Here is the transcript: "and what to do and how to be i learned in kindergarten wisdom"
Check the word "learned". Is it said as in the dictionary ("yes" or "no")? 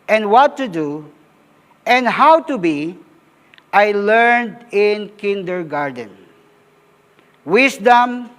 yes